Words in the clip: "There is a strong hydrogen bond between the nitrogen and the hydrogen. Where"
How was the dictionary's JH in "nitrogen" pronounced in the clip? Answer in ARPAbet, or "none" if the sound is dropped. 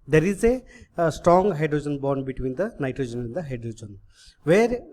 JH